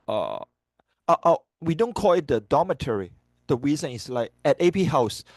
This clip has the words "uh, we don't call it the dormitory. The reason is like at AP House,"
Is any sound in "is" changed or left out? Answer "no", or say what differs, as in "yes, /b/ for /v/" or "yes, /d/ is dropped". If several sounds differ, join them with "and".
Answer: yes, /s/ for /z/